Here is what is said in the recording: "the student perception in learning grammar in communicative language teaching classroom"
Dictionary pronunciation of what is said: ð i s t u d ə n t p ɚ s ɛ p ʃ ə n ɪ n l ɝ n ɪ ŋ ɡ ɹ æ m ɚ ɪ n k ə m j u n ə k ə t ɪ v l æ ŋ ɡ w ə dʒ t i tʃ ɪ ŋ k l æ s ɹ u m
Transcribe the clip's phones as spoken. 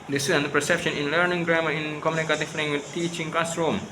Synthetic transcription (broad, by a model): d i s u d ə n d p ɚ s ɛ p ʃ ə n ɪ n l ɝ n ɪ ŋ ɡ ɹ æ m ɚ ɪ n k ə m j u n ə k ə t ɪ f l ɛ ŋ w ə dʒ t i tʃ ɪ ŋ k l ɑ s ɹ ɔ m